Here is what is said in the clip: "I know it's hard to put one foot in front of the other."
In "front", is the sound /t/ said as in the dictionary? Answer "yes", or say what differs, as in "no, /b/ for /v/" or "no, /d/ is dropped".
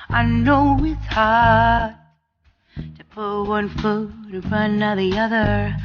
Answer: no, /t/ is dropped